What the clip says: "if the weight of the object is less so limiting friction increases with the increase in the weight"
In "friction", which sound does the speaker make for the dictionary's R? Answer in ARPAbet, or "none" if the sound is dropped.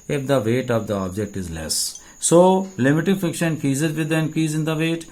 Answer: none